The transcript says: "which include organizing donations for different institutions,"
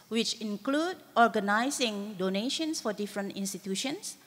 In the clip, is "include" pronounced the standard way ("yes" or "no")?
yes